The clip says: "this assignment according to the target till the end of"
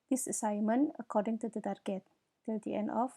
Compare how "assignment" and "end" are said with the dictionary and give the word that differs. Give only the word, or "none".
assignment